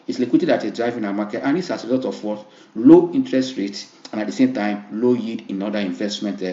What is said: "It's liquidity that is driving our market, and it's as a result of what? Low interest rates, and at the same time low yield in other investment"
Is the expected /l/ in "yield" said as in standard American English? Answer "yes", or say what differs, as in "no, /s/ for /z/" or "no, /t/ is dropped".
no, /l/ is dropped